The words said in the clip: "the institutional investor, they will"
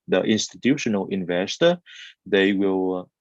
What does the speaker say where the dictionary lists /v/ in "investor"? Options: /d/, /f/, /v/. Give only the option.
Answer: /v/